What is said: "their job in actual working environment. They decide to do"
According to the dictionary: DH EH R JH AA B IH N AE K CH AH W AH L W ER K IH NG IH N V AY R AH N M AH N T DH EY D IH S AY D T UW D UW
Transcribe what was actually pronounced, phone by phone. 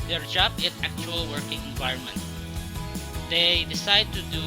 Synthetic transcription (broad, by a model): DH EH R JH AA B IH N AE K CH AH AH L W ER K IH NG IH N V AY R AH N M AH N T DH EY D IH S AY D T UW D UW